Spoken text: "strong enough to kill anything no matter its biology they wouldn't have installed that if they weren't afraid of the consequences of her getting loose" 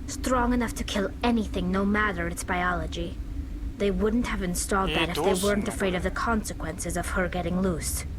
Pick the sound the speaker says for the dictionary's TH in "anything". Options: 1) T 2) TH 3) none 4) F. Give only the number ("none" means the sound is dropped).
2